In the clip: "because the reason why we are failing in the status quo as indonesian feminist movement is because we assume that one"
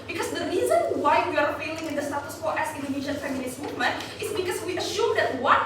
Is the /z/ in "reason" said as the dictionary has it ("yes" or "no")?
yes